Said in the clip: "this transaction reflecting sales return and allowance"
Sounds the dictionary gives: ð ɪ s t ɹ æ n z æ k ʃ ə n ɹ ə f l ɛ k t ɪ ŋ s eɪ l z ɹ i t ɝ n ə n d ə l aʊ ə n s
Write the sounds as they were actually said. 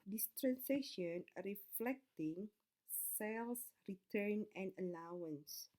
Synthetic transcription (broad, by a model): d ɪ s t ɹ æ n s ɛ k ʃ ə n ɹ ə f l ɛ k t ɪ ŋ s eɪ l s ɹ i t ɝ n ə n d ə l aʊ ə n s